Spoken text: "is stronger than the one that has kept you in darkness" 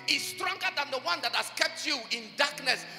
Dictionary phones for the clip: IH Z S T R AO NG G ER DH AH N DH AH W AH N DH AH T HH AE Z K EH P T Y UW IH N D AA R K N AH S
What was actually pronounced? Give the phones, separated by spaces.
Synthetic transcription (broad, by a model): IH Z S T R AO NG G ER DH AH N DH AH W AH N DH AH T HH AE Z K EH P T Y UW IH N D AA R K N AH S